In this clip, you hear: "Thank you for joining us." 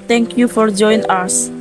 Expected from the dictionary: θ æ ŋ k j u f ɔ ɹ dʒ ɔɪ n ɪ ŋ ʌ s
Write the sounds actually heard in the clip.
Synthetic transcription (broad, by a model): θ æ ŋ k j u f ɔ ɹ dʒ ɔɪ ɪ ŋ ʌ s